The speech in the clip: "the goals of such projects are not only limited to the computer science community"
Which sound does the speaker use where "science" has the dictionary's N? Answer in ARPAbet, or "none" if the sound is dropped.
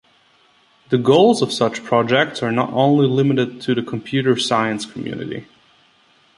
N